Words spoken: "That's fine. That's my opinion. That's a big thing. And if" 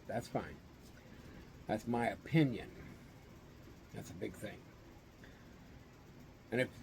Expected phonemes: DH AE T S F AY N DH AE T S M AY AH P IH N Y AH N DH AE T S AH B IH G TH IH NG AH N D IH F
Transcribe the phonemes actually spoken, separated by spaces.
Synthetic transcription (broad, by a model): DH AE T S F AY N DH AE T S M AY AH P IH N Y AH N DH AE T S AH B IH G TH IH NG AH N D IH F